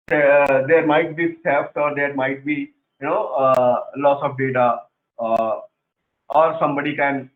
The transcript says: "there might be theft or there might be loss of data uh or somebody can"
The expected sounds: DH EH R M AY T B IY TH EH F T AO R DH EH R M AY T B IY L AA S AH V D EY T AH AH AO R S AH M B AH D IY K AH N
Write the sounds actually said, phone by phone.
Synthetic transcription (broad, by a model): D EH R M AY T B IY S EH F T AO R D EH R M AY T B IY L AA S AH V D EY T AH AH AO R S AH M B AH D IY K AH N